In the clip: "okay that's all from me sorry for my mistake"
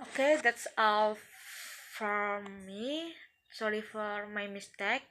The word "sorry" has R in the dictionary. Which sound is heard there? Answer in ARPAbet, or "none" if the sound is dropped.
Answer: R